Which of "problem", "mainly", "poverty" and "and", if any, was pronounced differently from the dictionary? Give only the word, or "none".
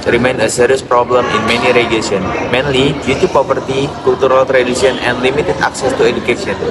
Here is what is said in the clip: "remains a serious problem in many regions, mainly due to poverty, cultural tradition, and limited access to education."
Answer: poverty